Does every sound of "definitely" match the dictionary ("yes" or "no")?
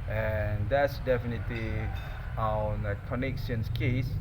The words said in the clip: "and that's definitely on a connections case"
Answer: yes